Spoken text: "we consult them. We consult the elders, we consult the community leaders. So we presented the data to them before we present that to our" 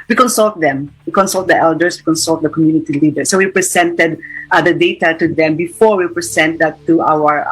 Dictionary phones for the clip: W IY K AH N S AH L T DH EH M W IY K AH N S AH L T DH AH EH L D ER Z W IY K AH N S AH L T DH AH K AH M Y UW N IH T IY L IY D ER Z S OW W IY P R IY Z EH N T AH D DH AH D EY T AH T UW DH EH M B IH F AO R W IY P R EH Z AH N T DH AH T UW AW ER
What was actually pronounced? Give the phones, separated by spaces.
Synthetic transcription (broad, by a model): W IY K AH N S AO L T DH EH M W IY K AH N S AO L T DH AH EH L D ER S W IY K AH N S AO L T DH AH K AH M Y UW N IH T IY L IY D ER S OW W IY P R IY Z EH N T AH D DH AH D EY T AH T UW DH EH M B IH F AO R W IY P R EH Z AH N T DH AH T UW AW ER